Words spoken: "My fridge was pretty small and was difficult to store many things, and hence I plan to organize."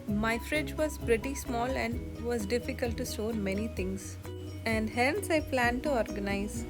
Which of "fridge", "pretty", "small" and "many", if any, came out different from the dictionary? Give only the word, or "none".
none